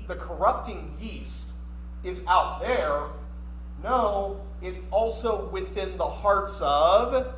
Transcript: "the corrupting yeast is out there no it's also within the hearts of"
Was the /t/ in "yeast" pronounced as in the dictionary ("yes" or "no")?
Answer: yes